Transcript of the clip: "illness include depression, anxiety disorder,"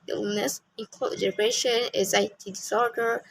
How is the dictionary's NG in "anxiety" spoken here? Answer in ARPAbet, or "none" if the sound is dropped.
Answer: none